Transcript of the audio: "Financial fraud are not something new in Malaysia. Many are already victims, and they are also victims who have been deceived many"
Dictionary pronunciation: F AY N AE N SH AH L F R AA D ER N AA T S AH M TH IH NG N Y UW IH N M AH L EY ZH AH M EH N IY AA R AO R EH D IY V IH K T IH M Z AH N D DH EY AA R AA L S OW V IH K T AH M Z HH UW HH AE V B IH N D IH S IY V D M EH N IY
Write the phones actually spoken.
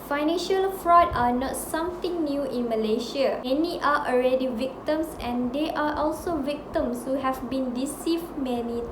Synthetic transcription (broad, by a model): F AY N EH N SH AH L F R AA D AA N AA T S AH M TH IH NG N Y UW IH N M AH L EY SH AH M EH N IY AA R AO R EH D IY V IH K T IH M S AH N D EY AA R AA L S OW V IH K T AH M S HH UW HH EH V B IH N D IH S IY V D M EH N IY